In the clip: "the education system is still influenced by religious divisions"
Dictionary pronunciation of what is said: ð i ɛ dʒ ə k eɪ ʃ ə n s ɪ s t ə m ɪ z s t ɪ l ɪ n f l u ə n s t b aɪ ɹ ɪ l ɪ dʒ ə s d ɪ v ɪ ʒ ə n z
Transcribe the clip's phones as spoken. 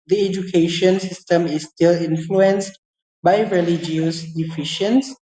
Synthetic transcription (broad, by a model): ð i ɛ dʒ ə k eɪ ʃ ə n s ɪ s t ə m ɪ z s t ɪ l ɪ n f l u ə n s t b aɪ ɹ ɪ l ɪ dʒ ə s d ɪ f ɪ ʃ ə n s